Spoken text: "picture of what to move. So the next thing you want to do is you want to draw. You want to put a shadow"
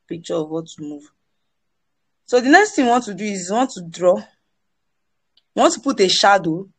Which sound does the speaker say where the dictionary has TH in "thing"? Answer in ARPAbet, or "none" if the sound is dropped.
T